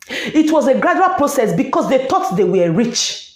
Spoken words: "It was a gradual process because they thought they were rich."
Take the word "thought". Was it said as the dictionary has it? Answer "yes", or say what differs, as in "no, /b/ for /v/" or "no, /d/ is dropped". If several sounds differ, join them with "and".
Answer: no, /t/ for /θ/